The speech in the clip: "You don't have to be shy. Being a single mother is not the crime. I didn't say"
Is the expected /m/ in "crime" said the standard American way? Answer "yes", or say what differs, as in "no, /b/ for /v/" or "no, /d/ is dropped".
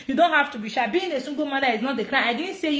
no, /m/ is dropped